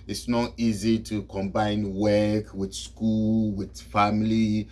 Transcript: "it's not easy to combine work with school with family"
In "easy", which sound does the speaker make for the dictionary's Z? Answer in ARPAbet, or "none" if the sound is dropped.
Z